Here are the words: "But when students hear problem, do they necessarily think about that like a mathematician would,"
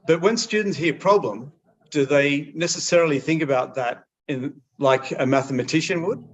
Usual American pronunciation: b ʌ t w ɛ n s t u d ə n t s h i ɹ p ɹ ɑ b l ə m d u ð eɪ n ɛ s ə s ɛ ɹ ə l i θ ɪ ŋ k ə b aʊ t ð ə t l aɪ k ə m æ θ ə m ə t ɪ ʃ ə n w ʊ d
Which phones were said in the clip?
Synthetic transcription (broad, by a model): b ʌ t w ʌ n s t u d n t s h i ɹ p ɹ ɑ b l ə m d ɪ ð eɪ n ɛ s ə s ɛ ɹ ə l i θ ɪ ŋ k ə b aʊ t ð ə t l aɪ k ə m æ θ ə m ə t ɪ ʃ ə n w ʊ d